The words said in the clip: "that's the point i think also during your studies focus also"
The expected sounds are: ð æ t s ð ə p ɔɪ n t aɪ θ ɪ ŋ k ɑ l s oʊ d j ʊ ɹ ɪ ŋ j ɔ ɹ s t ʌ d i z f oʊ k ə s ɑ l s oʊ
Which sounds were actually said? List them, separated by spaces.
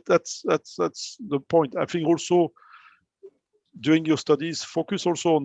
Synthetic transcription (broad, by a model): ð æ t s ð ə p ɔɪ n t aɪ f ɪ ŋ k ɑ l s oʊ d j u ɪ ŋ j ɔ s t ʌ d i z f oʊ k ə s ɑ l s oʊ